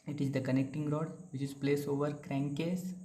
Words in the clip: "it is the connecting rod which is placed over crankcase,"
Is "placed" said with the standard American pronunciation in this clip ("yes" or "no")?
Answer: no